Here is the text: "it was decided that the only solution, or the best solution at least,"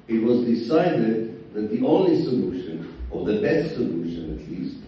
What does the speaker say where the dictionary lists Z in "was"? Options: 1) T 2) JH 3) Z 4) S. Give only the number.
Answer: 3